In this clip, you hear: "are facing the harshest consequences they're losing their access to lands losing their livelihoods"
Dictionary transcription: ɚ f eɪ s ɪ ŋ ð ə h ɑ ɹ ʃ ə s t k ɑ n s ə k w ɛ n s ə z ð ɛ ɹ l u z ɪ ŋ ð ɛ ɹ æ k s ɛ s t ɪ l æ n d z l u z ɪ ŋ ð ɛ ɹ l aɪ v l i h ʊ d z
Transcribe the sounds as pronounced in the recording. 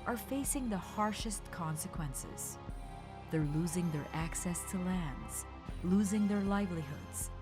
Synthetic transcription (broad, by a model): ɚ f eɪ s ɪ ŋ ð ə h ɑ ɹ ʃ ə s t k ɑ n s ə k w ɛ n s ə z ð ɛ ɹ l u z ɪ ŋ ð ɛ ɹ æ k s ɛ s t ɪ l æ n d z l u z ɪ ŋ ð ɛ ɹ l aɪ v l i h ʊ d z